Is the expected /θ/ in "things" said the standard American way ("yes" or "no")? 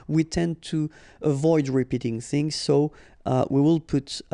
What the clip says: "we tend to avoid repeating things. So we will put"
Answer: yes